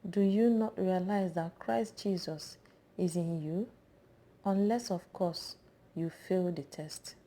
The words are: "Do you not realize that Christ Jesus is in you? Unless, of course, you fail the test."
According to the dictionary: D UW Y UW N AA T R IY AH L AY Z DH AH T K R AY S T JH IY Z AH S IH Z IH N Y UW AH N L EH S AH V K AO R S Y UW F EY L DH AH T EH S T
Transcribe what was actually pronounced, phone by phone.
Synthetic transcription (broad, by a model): D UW Y UW N AA T R IY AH L AY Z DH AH T K R AY S T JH IY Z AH S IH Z IH N Y UW AH N L EH S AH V K AO S Y UW F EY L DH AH T EH S T